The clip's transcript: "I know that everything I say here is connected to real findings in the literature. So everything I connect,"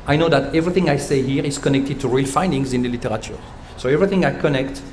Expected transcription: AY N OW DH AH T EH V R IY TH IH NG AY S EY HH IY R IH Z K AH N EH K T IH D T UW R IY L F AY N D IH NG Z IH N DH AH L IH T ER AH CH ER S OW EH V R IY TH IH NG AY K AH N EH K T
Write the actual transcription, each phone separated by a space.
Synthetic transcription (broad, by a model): AY N OW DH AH T EH V R IY TH IH NG AY S EY HH IY R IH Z K AH N EH K T IH D T UW R IY L F AY N D IH NG Z IH N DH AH L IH T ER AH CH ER S OW EH V R IY TH IH NG AY K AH N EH K T